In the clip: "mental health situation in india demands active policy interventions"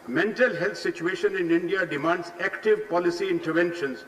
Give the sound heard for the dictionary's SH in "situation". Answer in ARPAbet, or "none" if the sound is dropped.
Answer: SH